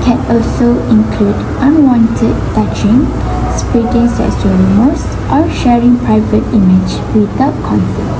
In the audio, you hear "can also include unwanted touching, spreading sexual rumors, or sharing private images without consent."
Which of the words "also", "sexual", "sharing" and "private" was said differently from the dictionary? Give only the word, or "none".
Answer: sexual